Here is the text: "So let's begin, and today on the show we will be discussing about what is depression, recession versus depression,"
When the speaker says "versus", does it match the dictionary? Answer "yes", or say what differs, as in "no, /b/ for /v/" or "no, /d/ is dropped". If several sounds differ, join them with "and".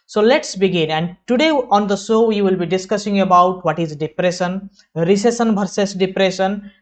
no, /b/ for /v/